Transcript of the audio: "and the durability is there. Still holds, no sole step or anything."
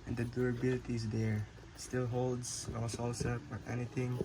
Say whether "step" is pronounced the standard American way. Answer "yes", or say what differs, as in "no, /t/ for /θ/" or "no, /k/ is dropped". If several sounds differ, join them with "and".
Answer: no, /f/ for /p/